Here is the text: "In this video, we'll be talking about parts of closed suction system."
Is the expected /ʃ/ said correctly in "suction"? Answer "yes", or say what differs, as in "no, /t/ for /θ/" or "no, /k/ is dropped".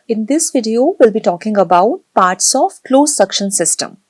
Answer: yes